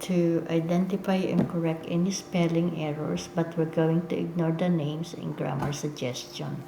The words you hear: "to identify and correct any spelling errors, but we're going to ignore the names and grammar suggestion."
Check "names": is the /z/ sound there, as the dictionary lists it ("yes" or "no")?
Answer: no